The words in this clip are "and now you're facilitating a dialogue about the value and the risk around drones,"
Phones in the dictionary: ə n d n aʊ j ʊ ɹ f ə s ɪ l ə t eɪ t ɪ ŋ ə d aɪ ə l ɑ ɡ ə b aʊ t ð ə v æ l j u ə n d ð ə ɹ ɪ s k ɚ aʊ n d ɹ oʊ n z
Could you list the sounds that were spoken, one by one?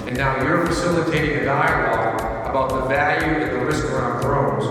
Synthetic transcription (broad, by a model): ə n n aʊ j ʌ ɹ f ə s ɪ l ə t eɪ t ɪ ŋ ə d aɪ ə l ɑ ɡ ə b aʊ t ð ə v æ l j u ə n ð ə ɹ ɪ s k ɚ aʊ n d ɹ oʊ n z